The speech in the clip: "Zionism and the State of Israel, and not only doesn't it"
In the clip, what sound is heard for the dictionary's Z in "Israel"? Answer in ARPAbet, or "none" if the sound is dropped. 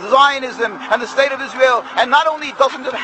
Z